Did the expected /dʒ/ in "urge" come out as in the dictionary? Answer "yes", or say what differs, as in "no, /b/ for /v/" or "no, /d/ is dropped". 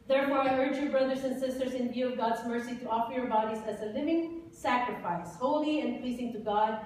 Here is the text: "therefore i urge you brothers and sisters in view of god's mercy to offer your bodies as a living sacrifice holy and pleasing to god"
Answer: yes